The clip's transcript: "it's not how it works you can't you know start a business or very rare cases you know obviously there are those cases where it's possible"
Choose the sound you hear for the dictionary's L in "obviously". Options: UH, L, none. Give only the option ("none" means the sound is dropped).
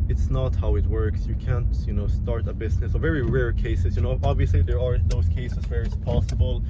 L